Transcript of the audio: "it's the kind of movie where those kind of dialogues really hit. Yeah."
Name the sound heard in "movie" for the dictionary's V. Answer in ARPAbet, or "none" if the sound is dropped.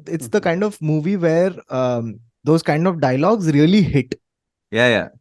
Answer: V